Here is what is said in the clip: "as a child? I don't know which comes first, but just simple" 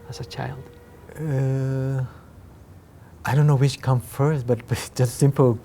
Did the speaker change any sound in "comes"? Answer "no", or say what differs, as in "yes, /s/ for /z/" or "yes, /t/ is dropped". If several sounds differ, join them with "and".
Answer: yes, /z/ is dropped